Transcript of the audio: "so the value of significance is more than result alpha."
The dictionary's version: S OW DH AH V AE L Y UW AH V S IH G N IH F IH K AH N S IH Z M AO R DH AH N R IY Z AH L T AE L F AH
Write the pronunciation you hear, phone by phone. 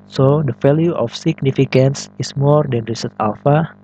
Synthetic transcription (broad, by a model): S OW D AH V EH L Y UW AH F S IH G N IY F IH K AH N S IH S M AO R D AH N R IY S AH T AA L F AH